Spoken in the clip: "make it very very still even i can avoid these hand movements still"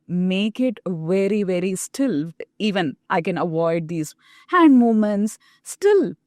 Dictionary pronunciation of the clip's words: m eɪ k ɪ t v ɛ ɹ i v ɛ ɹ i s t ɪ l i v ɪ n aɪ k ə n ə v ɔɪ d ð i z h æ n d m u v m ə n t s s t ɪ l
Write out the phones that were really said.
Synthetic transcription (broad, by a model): m eɪ k ɪ t v ɛ ɹ i v ɛ ɹ i s t ɪ l i v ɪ n aɪ k ə n ə v ɔɪ d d i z h æ n d m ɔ m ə n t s s t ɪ l